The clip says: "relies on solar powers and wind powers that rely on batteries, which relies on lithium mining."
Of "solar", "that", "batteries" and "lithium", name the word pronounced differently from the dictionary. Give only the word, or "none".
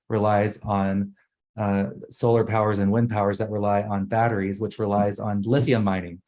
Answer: lithium